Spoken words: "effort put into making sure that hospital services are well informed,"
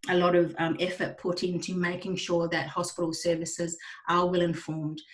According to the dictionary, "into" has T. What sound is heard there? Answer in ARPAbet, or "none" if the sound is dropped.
T